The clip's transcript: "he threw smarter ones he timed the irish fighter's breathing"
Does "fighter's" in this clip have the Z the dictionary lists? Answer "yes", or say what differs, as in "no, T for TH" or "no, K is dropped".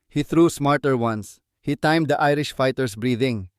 no, S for Z